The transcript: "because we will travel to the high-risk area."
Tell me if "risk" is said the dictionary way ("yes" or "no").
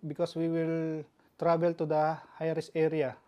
no